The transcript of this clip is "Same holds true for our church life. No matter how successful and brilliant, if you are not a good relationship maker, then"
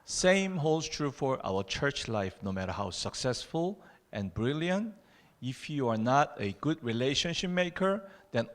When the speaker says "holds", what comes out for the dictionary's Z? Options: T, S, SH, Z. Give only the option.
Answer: S